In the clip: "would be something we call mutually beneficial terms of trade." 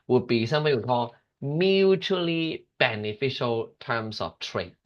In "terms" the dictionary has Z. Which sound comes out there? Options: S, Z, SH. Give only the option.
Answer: S